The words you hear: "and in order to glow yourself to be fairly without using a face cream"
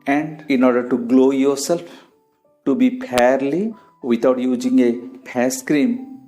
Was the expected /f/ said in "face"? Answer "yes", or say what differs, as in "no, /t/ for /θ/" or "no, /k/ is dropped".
no, /p/ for /f/